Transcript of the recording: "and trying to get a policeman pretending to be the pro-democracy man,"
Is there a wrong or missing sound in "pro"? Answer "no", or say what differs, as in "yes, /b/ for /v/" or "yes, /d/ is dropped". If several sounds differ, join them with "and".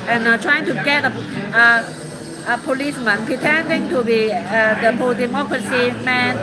yes, /ɹ/ is dropped